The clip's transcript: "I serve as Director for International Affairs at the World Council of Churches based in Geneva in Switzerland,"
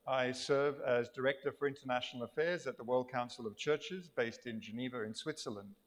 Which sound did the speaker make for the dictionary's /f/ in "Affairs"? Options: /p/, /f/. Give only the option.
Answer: /f/